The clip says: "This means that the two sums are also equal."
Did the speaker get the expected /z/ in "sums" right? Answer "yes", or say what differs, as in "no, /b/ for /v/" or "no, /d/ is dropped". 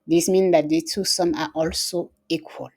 no, /z/ is dropped